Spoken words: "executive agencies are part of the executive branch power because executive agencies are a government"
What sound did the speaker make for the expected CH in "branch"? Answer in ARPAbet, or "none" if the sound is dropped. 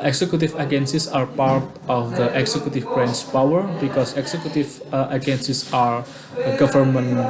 S